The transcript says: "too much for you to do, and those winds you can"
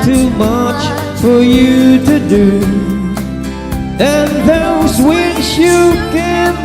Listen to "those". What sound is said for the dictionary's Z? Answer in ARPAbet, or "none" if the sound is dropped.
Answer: Z